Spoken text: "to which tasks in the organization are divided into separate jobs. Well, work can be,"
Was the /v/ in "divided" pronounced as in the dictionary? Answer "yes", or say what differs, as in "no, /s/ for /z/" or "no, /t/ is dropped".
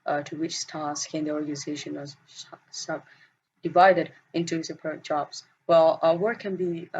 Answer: yes